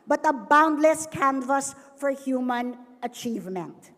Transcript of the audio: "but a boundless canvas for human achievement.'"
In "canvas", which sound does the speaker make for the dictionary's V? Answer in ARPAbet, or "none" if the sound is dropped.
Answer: V